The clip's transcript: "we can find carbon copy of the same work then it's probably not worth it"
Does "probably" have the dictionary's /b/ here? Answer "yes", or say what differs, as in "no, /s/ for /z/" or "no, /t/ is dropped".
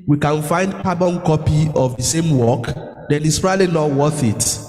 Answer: no, /b/ is dropped